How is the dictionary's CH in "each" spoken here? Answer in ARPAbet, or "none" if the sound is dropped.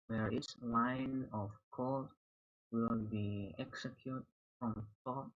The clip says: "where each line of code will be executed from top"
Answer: S